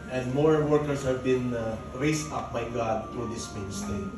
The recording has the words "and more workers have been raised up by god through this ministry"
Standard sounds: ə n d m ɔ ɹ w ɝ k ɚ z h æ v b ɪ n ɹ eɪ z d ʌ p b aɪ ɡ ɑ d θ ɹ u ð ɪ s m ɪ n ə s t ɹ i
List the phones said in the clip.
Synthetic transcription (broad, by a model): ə n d m ɔ ɹ w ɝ k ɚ s h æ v b ɪ n ɹ eɪ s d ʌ p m aɪ ɡ ɑ d t ɹ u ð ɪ s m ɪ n s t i